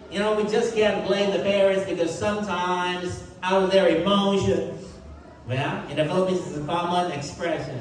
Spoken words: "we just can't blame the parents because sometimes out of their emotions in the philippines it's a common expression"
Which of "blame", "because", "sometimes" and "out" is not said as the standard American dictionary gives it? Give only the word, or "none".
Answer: none